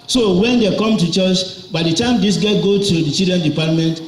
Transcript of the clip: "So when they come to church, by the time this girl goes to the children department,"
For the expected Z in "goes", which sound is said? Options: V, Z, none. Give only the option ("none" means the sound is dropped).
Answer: none